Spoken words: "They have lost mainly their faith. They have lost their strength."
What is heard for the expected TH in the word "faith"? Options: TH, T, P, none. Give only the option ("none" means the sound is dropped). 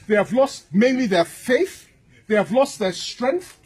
TH